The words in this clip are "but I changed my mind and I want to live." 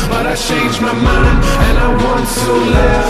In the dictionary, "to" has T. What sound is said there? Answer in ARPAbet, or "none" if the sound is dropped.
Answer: S